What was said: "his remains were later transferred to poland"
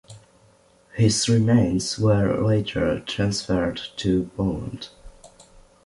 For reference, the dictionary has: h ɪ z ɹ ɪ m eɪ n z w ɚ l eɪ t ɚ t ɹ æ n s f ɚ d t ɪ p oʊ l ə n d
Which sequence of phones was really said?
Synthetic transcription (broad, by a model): h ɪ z ɹ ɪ m eɪ n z w ɚ l eɪ t ɚ t ɹ æ n s f ɚ d t ɪ b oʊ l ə n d